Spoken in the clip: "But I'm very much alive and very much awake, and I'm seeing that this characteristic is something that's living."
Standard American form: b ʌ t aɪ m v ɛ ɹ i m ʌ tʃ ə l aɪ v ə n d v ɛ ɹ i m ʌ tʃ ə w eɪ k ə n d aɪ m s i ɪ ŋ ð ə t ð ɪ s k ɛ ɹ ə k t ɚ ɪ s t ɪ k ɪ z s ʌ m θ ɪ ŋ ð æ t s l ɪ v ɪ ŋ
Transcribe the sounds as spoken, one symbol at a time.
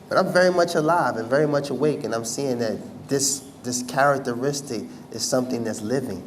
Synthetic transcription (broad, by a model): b ʌ t aɪ m v ɛ ɹ i m ʌ tʃ ə l aɪ v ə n v ɛ ɹ i m ʌ tʃ ə w eɪ k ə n aɪ m s i ɪ ŋ ð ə t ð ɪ s k ɛ ɹ ə k t ɚ ɪ s t ɪ k ɪ z s ʌ m θ ɪ ŋ ð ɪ t s l ɪ v ɪ ŋ